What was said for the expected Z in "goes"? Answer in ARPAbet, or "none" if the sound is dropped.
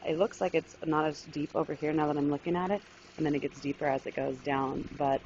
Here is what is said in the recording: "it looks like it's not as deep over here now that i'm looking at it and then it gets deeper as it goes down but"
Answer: Z